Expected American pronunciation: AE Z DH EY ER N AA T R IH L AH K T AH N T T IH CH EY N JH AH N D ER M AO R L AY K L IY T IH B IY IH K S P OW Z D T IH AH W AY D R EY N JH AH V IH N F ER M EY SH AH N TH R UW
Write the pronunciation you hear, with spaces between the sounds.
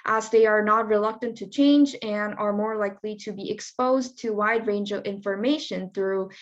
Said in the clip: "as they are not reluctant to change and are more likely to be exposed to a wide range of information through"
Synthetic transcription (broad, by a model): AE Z DH EY ER N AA T R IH L AH K T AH N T T IH CH EY N JH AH N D ER M AO R L AY K L IY T IH B IY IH K S P OW Z T IH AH W AY D R EY N JH AH V IH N F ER M EY SH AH N TH R UW